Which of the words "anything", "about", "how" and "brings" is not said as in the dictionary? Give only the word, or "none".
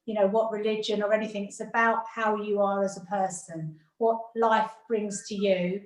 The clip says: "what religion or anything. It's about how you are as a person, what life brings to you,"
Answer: none